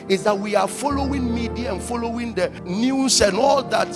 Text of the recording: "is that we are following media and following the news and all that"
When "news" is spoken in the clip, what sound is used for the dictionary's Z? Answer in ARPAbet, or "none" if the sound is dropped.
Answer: S